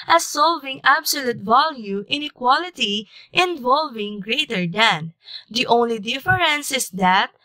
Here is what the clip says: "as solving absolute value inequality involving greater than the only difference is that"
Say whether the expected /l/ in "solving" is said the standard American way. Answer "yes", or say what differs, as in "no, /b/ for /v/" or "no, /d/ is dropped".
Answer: yes